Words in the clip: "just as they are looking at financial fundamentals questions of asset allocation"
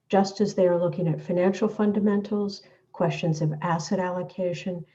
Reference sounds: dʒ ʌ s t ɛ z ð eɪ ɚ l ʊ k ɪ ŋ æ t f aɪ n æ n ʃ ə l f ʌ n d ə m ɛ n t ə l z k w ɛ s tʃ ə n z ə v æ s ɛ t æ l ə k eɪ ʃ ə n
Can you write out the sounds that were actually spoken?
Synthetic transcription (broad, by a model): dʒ ʌ s t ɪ z ð eɪ ɚ l ʊ k ɪ ŋ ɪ t f aɪ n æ n ʃ l f ʌ n d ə m ɛ n t l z k w ɛ s tʃ ə n z ə v æ s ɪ t æ l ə k eɪ ʃ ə n